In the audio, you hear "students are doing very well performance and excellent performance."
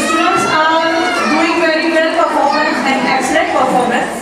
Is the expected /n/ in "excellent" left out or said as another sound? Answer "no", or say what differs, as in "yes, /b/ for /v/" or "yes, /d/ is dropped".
yes, /n/ is dropped